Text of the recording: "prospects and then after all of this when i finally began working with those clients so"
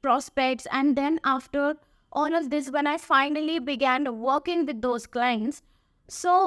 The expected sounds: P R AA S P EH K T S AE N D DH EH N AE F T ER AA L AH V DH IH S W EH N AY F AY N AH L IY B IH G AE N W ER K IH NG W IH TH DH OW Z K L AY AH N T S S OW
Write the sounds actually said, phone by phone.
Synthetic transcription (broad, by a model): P R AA S P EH K T S AE N D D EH N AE F T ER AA N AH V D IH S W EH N AY F AY N AH L IY B IH G AE N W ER K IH NG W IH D OW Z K L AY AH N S S OW